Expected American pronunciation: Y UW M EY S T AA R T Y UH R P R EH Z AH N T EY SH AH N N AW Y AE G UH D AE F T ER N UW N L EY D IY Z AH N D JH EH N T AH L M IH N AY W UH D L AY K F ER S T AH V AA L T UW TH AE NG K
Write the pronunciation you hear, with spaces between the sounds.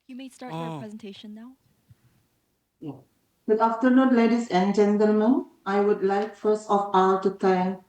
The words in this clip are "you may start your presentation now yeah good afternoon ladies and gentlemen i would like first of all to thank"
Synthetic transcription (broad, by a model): Y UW M EY S T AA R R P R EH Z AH N T EY SH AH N N AW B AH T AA F T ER N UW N L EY D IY S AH N JH EH N T AH L M IH N AY W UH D L AY K F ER S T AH F AA L T UW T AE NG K